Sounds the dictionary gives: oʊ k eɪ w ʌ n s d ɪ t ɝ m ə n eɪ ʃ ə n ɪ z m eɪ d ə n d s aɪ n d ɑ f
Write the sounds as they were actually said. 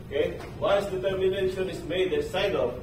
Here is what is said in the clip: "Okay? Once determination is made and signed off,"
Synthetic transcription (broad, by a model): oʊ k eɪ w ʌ s d ɪ t ɝ m ə n eɪ ʃ ə n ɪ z m eɪ d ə s aɪ d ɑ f